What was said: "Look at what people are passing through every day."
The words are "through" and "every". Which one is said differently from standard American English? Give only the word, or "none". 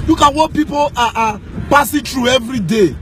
through